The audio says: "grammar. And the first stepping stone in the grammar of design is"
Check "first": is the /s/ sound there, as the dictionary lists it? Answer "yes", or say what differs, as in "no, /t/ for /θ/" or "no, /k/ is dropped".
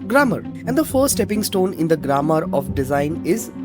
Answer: no, /s/ is dropped